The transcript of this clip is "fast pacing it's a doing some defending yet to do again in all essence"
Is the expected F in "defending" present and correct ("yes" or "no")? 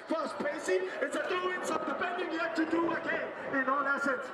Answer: no